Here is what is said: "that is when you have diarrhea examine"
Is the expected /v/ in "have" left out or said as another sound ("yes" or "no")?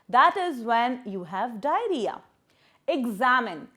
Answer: no